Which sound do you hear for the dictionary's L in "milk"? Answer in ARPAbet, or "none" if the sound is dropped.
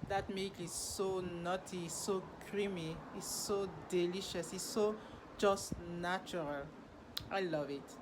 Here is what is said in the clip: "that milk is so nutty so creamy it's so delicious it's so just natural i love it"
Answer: none